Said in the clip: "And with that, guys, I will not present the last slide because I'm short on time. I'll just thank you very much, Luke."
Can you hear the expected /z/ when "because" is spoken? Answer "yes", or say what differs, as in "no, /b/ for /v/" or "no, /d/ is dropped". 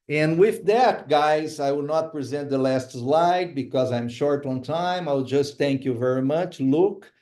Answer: yes